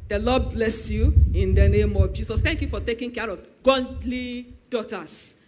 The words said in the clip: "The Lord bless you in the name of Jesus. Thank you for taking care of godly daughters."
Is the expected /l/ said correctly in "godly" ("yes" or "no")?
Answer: yes